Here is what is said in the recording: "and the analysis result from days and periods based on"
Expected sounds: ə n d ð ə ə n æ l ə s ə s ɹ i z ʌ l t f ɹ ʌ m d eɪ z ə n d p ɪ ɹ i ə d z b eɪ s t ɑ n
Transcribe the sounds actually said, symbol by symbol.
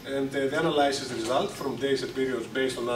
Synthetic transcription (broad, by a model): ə n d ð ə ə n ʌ l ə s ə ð ɹ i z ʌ l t f ɹ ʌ m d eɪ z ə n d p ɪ ɹ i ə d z b eɪ s t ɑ n